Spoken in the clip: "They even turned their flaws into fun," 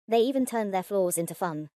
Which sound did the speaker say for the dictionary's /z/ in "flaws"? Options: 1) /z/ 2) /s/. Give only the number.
1